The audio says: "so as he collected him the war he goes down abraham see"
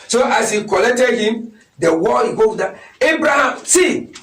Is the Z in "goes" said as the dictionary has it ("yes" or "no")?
no